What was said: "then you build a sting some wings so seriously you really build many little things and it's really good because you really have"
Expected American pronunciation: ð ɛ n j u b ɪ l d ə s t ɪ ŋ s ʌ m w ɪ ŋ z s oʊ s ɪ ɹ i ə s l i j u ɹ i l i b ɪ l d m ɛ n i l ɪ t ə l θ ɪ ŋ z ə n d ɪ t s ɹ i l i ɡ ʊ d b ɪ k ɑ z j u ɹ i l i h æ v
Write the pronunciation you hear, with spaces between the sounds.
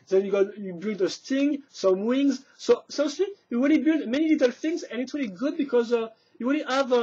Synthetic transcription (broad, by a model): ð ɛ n j u b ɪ l d ə s t ɪ ŋ s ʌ m w ɪ ŋ z s oʊ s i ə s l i j u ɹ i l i b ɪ l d m ɛ n i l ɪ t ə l θ ɪ ŋ z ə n ɪ t s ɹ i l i ɡ ʊ d b ɪ k ɑ z j u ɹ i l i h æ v